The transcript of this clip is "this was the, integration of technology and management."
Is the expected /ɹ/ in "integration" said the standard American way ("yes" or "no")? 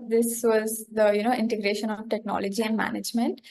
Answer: yes